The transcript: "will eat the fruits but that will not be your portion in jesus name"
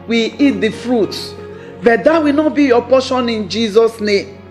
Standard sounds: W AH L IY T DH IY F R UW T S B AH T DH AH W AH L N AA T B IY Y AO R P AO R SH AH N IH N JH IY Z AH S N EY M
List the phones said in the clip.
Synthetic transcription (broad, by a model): W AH IY T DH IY F R UW T B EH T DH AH W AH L N AA T B IY Y AO P AO SH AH N IH N JH IY Z AH S N EY M